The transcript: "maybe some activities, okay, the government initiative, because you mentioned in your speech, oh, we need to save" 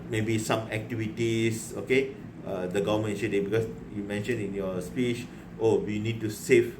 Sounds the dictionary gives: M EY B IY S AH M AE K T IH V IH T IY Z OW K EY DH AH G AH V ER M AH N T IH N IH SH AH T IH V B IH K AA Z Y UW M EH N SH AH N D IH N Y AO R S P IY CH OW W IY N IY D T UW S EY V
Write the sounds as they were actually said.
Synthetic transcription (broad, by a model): M EY B IY S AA M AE K T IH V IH T IY S OW K EY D AH G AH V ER M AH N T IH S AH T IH B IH K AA S Y UW M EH N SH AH N IH N Y AO S P IY CH OW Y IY N IY D T UW S EY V